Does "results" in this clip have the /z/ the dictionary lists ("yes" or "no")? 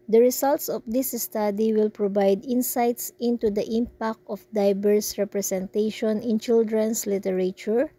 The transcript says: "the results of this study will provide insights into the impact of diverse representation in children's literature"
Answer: no